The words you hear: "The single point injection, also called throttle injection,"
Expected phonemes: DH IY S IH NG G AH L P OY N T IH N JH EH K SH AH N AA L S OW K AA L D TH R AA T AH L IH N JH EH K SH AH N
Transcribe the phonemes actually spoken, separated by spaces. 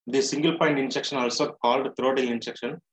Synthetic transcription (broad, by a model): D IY S IH NG G AH L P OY N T IH N JH EH K SH AH N AA L S OW K AA L D T R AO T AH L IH N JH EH K SH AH N